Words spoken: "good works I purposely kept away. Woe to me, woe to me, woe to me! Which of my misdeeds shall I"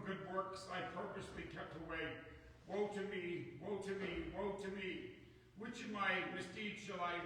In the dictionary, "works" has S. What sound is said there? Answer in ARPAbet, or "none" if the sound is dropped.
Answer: S